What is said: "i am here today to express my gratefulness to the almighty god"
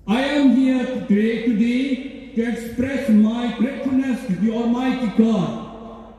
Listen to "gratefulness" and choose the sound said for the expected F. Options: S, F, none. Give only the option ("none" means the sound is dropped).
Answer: none